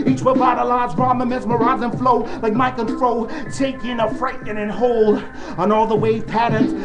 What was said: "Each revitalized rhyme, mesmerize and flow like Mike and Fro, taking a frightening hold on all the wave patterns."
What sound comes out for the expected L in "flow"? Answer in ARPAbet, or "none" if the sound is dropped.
L